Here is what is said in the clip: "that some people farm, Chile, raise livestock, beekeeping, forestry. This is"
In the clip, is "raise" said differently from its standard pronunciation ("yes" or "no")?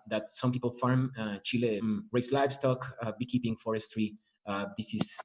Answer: yes